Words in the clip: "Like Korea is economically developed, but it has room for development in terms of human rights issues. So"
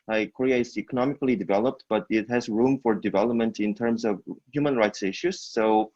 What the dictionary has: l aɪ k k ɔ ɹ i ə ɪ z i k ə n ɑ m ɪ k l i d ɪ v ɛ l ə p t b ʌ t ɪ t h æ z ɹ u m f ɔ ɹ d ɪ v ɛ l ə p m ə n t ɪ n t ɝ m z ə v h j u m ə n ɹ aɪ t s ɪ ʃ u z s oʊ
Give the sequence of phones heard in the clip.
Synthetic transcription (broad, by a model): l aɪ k k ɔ ɹ i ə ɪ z i k ə n ɑ m ɪ k l i d ɪ v ɛ l ə p t b ʌ t ɪ t h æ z ɹ u m f ɔ ɹ d ɪ v ɛ l ə p m ə n t ɪ n t ɝ m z ə v h j u m ə n ɹ aɪ t s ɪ ʃ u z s oʊ